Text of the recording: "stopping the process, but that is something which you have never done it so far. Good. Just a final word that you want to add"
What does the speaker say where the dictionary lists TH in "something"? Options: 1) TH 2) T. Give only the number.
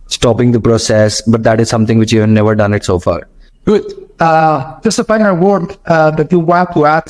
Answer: 2